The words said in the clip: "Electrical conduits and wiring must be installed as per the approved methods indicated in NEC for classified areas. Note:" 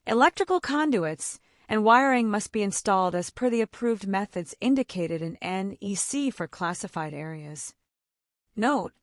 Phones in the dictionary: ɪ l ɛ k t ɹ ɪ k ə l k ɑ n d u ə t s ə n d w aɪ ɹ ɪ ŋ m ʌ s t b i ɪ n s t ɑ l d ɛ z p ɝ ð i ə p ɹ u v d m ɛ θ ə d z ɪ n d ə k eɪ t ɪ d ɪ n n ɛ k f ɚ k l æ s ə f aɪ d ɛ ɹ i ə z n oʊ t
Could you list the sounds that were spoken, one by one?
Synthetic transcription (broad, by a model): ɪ l ɛ k t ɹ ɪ k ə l k ɑ n d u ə t s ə n w aɪ ɹ ɪ ŋ m ʌ s t b i ɪ n s t ɑ l d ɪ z p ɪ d i ə p ɹ u v d m ɛ θ ə d z ɪ n d ə k eɪ t ɪ d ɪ n n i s f ɚ k l æ s ə f aɪ d ɛ ɹ i ə z n oʊ t